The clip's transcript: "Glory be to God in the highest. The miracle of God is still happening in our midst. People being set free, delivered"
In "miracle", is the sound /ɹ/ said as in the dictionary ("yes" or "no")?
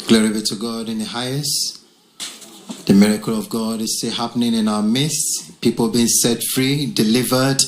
yes